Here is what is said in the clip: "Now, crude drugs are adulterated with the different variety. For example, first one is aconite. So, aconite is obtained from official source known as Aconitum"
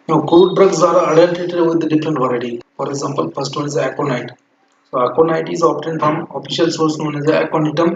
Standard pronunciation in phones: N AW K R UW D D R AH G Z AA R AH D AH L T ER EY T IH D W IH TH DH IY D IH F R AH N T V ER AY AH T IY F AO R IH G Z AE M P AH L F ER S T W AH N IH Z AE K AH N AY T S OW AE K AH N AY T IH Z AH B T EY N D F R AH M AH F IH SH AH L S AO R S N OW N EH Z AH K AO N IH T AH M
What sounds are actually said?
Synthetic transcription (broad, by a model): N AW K UW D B R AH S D AA R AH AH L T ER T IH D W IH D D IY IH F R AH N T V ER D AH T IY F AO R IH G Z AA M P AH L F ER S T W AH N IH Z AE K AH N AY T S OW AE K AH N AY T IH Z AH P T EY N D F R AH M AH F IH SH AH L S AO R S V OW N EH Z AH K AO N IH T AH M